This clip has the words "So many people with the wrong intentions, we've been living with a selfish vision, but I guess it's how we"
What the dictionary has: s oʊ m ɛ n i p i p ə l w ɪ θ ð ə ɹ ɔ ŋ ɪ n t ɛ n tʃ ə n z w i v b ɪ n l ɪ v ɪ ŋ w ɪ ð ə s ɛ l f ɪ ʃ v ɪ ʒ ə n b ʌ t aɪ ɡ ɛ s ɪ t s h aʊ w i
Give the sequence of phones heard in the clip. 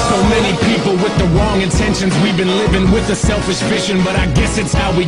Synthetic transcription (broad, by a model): s oʊ m ɛ n i p i p l w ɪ ð ə ɹ ɔ ŋ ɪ n t ɛ n ʃ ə n z w i v b ɪ n l ɪ v ɪ ŋ w ɪ ð ə s ɛ l f ɪ ʃ f ɪ ʃ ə n b ʌ t aɪ ɡ ɛ s ɪ t s h aʊ w i